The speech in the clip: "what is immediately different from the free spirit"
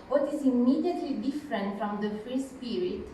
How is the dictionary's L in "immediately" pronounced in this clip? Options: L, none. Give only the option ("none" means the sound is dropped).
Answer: L